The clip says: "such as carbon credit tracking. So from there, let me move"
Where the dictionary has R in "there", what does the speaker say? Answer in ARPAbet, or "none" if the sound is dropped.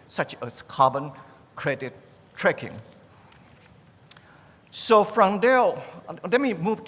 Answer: L